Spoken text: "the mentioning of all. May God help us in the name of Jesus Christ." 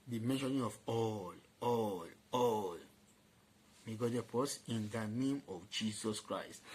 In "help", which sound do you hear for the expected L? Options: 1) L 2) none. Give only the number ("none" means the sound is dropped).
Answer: 2